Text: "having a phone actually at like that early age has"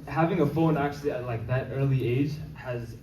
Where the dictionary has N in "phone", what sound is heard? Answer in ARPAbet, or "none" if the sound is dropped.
N